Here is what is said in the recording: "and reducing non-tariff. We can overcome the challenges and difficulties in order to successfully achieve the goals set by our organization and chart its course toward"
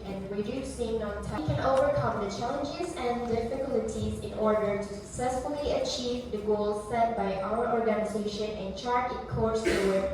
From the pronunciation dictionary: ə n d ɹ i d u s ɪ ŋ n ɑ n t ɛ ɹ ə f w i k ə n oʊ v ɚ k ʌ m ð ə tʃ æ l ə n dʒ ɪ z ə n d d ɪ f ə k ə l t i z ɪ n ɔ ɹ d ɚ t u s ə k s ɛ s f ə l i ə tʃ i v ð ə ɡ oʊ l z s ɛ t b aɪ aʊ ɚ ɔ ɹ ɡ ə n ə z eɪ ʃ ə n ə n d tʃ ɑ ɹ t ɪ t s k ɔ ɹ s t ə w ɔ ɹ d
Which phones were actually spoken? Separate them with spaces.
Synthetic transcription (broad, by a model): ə n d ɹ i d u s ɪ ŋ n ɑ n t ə k ə n oʊ v ɚ k ʌ m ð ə tʃ æ l ə n dʒ ɪ z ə n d d ɪ f ə k ə l t i z ɪ n ɔ ɹ d ɚ t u s ə k s ɛ s f ə l i ə tʃ i v ð ə ɡ oʊ l z s ɛ t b aɪ aʊ ɚ ɔ ɹ ɡ ə n ə z eɪ ʃ ə n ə n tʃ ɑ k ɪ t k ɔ ɹ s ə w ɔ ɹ